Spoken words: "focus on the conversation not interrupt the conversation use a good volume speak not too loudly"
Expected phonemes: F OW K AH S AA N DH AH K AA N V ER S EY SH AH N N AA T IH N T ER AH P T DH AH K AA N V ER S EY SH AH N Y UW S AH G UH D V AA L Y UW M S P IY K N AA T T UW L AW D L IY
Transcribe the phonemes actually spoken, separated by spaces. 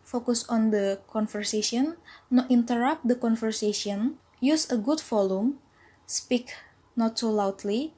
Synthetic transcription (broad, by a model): F OW K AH S AA N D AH K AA N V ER S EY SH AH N N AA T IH N T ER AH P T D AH K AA N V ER S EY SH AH N Y UW S AH G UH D F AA L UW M S P IY K N AA T S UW L AW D L IY